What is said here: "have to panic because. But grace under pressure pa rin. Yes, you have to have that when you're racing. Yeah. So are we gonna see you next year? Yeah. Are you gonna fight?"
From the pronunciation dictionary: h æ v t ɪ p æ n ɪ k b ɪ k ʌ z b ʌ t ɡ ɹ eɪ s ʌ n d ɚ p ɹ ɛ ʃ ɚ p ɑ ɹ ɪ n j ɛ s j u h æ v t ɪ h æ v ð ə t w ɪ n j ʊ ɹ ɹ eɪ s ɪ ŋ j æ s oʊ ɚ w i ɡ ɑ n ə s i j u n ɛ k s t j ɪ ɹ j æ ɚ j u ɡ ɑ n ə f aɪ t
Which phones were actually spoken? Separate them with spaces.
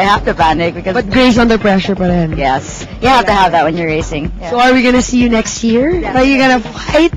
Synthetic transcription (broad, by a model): h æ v t ɪ b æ n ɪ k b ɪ k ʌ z b ʌ t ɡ ɹ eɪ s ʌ n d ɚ p ɹ ɛ ʃ ɚ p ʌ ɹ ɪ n j ɛ s j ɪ h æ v t ɪ h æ v ð ə t w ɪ n j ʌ ɹ ɹ eɪ s ɪ ŋ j s oʊ ɚ w i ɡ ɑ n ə s i j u n ɛ k s t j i ɹ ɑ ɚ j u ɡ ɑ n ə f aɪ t